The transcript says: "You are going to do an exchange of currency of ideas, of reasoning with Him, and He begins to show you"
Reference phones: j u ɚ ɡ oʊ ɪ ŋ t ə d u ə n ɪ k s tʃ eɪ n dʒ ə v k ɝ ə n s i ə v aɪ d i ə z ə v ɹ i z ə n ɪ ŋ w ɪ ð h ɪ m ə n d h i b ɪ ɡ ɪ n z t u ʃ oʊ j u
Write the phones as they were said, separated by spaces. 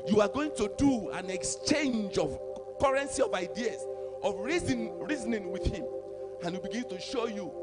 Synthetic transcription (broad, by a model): j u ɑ ɡ oʊ ɪ ŋ t ə d u ə n ɪ k s tʃ eɪ n dʒ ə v k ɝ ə n s i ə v aɪ d i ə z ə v ɹ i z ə n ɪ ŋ w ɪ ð h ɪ m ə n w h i b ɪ ɡ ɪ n t u ʃ oʊ j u